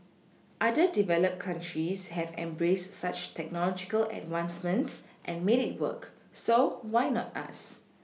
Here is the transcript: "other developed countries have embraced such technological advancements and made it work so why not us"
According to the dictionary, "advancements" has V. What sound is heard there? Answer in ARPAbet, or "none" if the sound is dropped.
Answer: W